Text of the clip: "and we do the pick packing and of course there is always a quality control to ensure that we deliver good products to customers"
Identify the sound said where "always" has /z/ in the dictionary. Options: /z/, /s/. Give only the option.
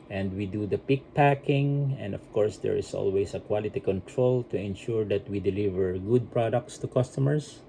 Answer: /s/